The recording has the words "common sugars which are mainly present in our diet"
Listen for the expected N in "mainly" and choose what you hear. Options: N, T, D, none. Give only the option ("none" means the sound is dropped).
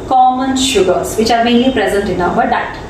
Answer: none